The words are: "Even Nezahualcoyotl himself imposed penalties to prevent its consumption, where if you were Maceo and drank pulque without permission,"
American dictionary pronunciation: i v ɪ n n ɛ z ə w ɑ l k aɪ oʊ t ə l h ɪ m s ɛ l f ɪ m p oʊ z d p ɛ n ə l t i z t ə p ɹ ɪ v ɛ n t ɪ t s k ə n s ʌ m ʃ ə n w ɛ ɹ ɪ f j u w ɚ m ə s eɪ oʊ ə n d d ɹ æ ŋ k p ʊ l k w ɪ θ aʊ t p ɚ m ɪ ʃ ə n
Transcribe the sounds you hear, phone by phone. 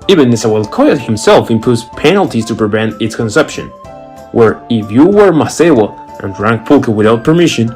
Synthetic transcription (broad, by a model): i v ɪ n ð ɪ s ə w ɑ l k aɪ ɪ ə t h ɪ m s ɛ l f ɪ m p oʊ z p ɛ n ə l t i z t ə p ɹ ɪ v ɛ n t ɪ t s k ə n s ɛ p ʃ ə n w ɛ ɹ ɪ f j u w ɚ m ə s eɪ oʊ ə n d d ɹ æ ŋ k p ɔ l k w ɪ θ aʊ t p ɚ m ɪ ʃ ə n